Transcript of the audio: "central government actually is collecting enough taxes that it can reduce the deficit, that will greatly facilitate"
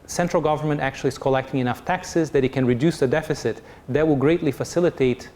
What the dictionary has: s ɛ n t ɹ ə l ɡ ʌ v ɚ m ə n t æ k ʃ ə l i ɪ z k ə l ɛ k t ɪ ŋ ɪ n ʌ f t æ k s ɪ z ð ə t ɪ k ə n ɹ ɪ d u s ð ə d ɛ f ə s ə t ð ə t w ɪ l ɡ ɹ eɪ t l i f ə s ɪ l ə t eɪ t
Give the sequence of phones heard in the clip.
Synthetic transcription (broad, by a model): s ɛ n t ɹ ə l ɡ ʌ v ɚ m ə n t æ k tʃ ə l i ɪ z k ə l ɛ k t ɪ ŋ ɪ n ʌ f t æ k s ɪ z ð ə t ɪ k ə n ɹ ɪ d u s ð ə d ɛ f ə s ə t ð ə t w ɪ l ɡ ɹ eɪ t l i f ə s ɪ l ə t eɪ t